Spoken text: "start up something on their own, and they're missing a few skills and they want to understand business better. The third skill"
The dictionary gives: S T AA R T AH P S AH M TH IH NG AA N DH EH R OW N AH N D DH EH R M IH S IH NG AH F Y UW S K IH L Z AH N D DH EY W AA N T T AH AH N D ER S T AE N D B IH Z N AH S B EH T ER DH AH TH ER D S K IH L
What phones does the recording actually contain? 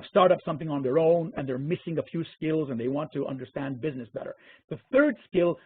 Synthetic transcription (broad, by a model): S T AA R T AH P S AH M TH IH NG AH N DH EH R OW N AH N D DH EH R M IH S IH NG AH F Y UW S K IH L Z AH N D DH EY W AA N T T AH AH N D ER S T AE N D B IH Z N AH S B EH T ER DH AH TH ER D S K IH L